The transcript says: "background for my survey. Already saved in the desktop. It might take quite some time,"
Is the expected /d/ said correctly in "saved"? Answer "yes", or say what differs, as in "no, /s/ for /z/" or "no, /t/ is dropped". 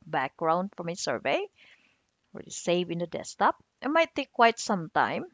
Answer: no, /d/ is dropped